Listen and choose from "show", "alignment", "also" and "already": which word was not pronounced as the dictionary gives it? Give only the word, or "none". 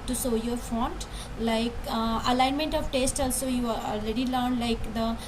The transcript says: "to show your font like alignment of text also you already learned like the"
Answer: show